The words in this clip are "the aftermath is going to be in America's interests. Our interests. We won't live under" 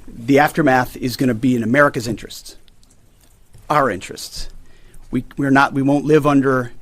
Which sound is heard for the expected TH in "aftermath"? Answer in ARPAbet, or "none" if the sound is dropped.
TH